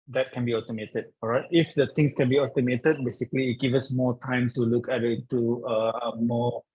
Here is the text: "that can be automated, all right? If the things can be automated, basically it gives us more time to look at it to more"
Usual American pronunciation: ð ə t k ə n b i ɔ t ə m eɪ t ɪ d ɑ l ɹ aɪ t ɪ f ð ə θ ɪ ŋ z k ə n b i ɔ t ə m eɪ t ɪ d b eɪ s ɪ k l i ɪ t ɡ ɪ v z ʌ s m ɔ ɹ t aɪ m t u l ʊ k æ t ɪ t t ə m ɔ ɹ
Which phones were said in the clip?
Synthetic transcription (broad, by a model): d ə t k ə n b i ɔ t ə m eɪ t ɪ d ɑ ɹ aɪ t ɪ f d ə t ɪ ŋ s k ə n b i ɔ t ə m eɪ t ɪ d b eɪ s ɪ k l i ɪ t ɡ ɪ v ʌ s m ɔ t aɪ m t u l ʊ k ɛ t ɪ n t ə m ɔ